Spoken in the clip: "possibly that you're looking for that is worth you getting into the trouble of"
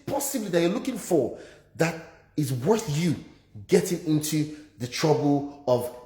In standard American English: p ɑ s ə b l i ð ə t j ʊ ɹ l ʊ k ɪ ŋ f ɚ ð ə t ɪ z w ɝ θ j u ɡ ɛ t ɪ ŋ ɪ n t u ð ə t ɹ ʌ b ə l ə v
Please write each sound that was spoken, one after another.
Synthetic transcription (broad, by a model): p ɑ s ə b l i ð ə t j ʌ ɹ l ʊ k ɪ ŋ f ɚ ð ə t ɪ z w ɝ θ j u ɡ ɛ t ɪ ŋ ɪ n t u ð ə t ɹ ʌ b ə l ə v